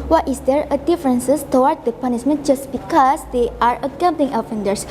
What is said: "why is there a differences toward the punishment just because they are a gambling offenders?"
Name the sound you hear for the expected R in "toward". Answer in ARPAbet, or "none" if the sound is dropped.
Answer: W